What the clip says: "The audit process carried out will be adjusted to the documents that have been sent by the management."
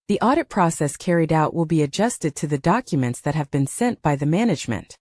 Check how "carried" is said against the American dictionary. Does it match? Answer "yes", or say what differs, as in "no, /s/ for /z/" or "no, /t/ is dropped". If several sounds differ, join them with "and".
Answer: yes